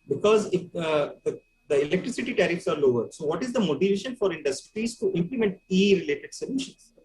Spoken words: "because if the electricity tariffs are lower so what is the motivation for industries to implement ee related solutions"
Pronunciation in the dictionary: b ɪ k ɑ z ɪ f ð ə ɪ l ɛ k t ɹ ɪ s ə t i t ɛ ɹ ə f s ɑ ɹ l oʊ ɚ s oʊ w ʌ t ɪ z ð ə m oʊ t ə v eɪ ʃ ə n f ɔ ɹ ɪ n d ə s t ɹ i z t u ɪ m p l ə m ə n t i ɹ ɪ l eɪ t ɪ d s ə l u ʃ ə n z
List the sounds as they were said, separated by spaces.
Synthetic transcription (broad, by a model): b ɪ k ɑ z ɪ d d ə ɪ l ɛ k t ɹ ɪ s ə t i t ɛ ɹ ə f s ɑ ɹ l oʊ ɚ s oʊ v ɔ t ɪ z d ə m oʊ t ə v eɪ ʃ ə n f ɔ ɹ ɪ n d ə s t ɹ i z t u ɪ m p l ə m ə n t i ɹ ɪ l eɪ t ɪ d s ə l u ʃ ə n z